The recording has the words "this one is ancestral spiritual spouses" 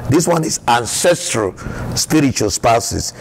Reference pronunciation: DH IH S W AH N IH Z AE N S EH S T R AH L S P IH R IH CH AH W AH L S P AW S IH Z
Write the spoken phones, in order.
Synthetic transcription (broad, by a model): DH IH S W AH N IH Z AE N S EH S T R AH L S P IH R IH CH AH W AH L S P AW S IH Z